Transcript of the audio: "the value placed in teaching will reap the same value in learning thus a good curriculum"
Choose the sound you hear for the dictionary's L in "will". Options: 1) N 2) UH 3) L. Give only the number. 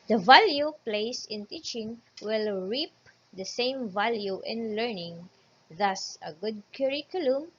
3